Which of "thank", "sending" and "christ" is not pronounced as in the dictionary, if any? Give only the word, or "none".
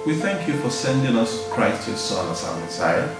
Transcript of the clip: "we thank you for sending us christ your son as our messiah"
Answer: none